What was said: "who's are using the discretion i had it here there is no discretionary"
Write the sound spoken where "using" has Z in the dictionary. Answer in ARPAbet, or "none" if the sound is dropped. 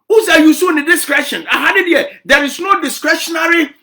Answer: S